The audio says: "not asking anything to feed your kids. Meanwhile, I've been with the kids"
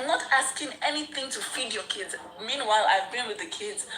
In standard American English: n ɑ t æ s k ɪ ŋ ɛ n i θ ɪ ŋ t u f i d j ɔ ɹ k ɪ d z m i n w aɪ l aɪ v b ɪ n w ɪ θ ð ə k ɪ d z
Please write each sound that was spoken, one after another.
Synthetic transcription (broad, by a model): n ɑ t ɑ s k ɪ ŋ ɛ n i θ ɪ ŋ t u f i d j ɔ k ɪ d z m i n w aɪ l aɪ v b ɪ n w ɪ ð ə k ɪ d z